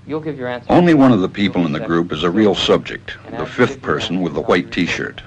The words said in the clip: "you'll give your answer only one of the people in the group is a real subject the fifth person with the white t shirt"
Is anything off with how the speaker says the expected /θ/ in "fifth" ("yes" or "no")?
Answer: no